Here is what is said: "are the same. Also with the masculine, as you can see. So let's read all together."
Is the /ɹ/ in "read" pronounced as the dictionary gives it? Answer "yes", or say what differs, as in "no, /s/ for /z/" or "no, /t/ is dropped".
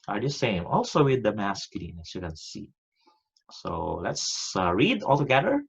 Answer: yes